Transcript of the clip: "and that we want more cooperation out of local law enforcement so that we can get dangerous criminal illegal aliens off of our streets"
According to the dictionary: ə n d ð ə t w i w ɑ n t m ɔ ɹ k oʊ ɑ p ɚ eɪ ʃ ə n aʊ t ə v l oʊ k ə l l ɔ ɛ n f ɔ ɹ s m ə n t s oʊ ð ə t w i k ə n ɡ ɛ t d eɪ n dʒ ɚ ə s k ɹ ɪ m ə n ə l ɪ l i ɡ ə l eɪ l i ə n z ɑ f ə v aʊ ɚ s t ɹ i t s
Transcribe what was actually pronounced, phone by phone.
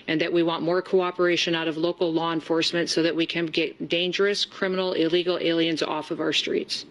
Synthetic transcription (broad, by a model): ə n ð ə t w i w ɑ n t m ɔ ɹ k oʊ ɑ p ɚ eɪ ʃ ə n aʊ t ə v l oʊ k l l ɔ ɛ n f ɔ ɹ s m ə n t s oʊ ð ə t w i k ə n ɡ ɛ t d eɪ n dʒ ɚ ə s k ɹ ɪ m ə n l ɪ l i ɡ l eɪ l i ə n z ɑ f ə v aʊ ɚ s t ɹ i t s